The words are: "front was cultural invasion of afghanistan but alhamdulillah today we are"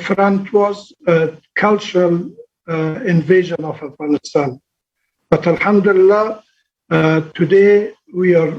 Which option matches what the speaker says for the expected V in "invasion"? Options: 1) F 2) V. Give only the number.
2